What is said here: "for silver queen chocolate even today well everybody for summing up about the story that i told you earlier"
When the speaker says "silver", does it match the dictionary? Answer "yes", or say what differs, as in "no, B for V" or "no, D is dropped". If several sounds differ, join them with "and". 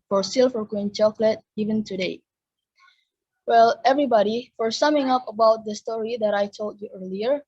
no, F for V